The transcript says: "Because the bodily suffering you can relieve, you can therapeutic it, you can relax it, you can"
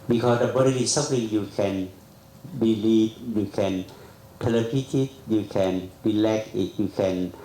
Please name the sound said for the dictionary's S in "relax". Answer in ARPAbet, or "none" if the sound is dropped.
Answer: none